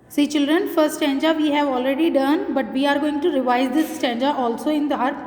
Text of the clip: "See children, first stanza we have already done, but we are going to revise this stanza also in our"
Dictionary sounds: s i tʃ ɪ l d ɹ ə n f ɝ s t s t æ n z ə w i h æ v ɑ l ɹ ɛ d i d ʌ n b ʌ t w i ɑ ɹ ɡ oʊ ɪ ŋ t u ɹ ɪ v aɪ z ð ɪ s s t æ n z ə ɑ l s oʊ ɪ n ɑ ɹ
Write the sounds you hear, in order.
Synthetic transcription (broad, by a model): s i tʃ ɪ l d ɹ ə n f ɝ t s t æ n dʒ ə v i h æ v ɑ l ɹ ɛ d i d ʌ n b ʌ t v i ɑ ɹ ɡ oʊ ɪ ŋ t u ɹ ɪ v aɪ z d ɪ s s t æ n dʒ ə ɑ l s oʊ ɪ n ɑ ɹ